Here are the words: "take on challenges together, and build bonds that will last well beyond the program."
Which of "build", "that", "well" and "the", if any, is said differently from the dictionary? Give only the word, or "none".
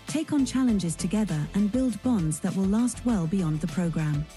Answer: none